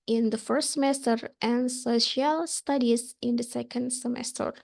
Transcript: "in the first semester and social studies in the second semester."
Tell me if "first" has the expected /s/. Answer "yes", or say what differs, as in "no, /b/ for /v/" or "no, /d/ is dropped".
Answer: yes